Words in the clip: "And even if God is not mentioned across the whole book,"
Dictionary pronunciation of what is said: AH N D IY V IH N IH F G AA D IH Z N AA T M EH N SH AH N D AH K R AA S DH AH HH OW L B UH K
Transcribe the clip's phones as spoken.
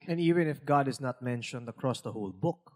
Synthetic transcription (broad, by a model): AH N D IY V IH N IH F G AA D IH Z N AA T M EH N SH AH N D AH K R AA S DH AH HH OW L B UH K